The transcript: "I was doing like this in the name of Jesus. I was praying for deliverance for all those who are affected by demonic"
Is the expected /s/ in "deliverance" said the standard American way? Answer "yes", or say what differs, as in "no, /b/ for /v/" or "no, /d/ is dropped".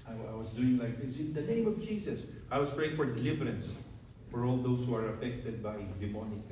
yes